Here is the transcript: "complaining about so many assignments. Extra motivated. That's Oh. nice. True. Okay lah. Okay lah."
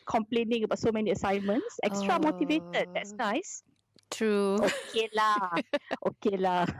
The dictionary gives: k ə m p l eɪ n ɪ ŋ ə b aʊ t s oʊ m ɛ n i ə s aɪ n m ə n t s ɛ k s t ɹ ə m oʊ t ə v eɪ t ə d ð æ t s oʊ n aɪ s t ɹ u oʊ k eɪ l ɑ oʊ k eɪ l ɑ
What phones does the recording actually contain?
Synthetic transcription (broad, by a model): k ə m p l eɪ n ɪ ŋ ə b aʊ t s oʊ m ɛ n i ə s aɪ n m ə n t s ɛ k s t ɹ ə m oʊ t ə v eɪ t ə d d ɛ t s n aɪ s t ɹ u oʊ k eɪ l ɑ oʊ k eɪ l ɑ